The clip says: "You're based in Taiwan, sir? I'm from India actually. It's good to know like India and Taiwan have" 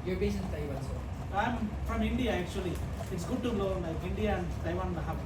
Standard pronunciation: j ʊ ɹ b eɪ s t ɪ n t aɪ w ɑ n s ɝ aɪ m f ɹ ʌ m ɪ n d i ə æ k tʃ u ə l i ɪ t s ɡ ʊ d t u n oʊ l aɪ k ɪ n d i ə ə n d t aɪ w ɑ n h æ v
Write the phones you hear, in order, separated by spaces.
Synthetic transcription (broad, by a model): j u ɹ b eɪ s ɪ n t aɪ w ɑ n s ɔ aɪ m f ɹ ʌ m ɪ n d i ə æ k tʃ u ə l i ɪ t s ɡ ʊ d t u l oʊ l aɪ k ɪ n d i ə ə n d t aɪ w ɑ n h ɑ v